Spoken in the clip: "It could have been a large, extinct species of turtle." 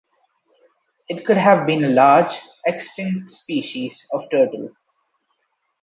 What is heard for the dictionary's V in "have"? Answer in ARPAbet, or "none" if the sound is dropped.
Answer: V